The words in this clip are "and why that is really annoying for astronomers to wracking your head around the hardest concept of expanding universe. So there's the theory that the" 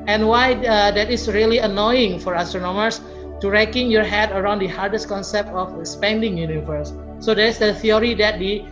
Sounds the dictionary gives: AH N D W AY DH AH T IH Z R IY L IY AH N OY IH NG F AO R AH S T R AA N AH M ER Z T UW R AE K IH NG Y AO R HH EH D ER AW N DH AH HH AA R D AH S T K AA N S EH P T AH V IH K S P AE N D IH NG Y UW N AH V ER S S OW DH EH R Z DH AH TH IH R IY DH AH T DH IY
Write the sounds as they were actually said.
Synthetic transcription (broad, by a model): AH N W AY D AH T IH S R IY L IY AH N OY IH NG F AO R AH S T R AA N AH M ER S T UW R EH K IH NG Y AO R HH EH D ER AW N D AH HH AA R D AH S T K AA N S EH P T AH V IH S P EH N D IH NG Y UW N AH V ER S S OW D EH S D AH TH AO R IY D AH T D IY